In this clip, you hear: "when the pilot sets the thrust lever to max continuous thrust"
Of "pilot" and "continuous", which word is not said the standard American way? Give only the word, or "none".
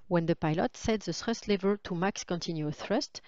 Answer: continuous